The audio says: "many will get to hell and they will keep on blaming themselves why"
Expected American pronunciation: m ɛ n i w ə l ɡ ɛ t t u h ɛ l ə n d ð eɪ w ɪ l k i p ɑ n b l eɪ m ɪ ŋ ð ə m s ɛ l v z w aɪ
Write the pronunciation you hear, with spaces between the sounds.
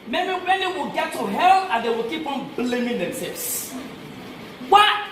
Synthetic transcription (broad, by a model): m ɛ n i w ə l ɡ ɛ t t u h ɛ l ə n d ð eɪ w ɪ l k i p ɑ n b l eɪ m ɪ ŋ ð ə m s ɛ v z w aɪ